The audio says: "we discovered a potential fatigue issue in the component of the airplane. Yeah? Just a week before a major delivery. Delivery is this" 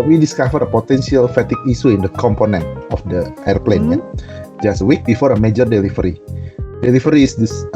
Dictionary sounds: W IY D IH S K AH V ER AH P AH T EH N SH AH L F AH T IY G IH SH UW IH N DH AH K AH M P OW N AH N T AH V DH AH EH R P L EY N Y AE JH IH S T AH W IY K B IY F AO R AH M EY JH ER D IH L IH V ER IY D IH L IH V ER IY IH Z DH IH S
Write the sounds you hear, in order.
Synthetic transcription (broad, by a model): W IY D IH S K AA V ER AH P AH T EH N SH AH L F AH T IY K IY S UW IH N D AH K AH M P OW N AH N T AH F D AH EH R P L EY N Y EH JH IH S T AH W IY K B IY F AO R AH M EY JH ER D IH L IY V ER IY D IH L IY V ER IY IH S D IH S